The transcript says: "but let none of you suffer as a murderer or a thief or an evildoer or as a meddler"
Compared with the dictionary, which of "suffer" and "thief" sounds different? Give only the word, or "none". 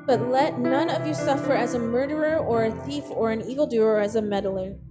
none